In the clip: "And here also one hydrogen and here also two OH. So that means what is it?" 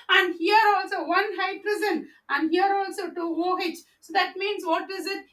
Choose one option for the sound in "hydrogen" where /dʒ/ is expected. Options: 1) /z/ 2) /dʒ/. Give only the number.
1